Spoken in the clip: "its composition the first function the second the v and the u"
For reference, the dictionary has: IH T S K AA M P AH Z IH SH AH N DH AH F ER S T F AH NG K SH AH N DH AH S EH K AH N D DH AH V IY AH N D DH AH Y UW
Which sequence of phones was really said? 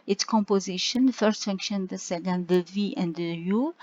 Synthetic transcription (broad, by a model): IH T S K AA M P AH Z IH SH AH N F ER S T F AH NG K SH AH N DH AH S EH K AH N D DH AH V IY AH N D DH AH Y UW